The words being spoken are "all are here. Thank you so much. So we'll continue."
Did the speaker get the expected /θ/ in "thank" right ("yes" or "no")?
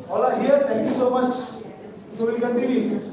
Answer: no